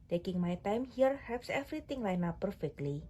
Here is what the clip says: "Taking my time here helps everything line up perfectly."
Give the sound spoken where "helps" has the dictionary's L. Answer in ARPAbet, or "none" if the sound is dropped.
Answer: none